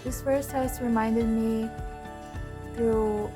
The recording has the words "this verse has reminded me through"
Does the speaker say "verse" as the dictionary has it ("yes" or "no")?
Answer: no